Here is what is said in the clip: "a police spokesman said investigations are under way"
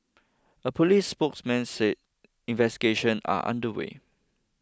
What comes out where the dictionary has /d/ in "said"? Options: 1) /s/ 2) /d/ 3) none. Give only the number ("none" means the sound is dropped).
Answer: 3